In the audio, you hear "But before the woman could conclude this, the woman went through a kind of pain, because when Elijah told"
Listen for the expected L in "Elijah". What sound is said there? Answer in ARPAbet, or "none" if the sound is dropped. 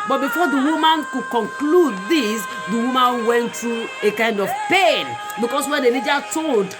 N